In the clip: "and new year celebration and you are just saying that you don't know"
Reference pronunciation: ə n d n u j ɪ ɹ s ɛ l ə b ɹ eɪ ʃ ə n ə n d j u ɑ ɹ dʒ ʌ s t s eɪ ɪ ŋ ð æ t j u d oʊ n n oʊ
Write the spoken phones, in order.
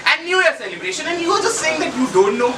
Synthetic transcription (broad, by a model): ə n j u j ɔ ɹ s ɛ l ə b ɹ eɪ ʃ ə n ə n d j u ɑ l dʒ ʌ s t s eɪ ɪ ŋ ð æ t j u d oʊ n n oʊ